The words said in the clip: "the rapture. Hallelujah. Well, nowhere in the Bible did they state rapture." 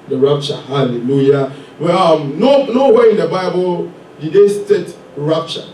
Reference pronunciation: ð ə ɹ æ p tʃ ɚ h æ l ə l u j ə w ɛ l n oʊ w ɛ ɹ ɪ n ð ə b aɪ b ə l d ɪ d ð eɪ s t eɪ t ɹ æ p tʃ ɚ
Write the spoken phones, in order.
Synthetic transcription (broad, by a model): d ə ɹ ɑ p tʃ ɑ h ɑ l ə l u j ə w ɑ n n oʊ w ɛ ɪ n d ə b aɪ b ə l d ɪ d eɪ s t eɪ t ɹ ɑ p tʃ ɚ